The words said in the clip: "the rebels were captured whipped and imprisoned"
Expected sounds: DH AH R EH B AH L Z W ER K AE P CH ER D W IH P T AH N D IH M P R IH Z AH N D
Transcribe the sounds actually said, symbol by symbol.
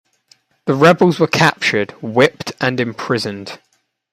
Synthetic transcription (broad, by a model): DH AH R EH B AH L Z W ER K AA P CH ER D W IH P T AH N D IH M P R IH Z AH N D